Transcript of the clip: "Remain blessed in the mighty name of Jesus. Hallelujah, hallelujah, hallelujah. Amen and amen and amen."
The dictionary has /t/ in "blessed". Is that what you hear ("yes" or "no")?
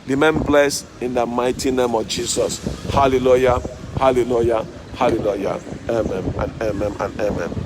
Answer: no